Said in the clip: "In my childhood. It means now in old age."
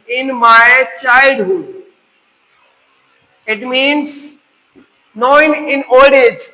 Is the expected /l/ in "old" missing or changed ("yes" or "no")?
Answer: yes